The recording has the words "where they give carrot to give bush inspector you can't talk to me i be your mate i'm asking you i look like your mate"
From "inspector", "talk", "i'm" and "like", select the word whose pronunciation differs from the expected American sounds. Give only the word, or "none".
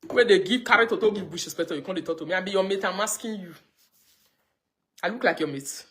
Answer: inspector